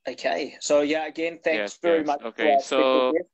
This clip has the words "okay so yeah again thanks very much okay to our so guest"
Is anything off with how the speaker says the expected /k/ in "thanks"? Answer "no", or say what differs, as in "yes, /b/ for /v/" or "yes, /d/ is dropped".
no